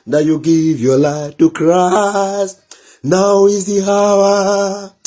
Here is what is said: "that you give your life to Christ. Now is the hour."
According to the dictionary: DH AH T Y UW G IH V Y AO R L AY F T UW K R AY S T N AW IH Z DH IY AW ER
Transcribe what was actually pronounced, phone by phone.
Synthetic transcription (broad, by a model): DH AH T Y UW G IH V Y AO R L AY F T UW K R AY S N AW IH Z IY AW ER